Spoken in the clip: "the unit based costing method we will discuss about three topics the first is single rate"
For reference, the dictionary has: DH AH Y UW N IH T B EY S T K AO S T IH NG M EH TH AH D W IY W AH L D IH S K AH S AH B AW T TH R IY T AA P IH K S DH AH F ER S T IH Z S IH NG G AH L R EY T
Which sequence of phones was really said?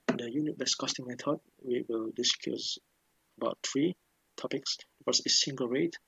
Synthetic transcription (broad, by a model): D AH Y UW N IH T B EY S K AO S T IH NG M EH T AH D W IY W AH L D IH S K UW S AH B AW T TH R IY T AA P IH K S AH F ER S IH S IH NG G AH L R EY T